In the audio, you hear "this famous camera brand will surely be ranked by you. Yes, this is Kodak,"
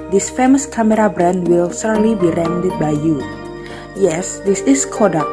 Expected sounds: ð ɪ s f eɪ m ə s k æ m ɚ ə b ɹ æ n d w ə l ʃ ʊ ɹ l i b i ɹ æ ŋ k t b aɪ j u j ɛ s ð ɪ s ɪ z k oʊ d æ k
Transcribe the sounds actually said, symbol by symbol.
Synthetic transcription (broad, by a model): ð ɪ s f eɪ m ə s k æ m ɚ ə b ɹ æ n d w ə l s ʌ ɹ l i b i ɹ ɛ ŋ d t b aɪ j u j ɛ s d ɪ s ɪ s k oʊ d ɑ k